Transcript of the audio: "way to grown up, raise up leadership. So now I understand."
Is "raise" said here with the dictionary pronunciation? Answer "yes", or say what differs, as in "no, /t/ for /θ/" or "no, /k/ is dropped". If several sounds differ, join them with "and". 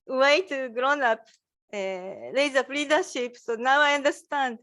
no, /l/ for /ɹ/